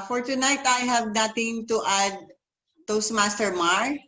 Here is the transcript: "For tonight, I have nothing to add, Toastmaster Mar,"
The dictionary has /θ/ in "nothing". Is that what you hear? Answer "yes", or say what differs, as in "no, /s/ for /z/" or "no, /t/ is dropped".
no, /t/ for /θ/